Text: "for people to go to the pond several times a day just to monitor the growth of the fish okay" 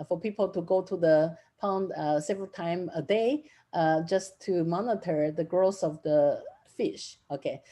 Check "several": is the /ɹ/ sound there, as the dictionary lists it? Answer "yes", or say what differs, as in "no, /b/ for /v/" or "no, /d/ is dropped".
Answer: yes